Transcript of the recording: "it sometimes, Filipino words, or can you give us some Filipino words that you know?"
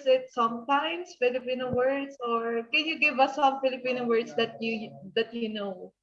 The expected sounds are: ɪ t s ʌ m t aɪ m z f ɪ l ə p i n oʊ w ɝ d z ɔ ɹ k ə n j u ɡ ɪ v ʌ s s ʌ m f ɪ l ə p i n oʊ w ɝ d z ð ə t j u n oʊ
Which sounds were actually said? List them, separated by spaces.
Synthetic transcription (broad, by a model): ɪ t s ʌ m t aɪ m s f ɪ l ə p i n oʊ w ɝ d s ɔ ɹ k ə n j u ɡ ɪ v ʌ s s ʌ m f ɪ l ə p i n oʊ w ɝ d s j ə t j u n oʊ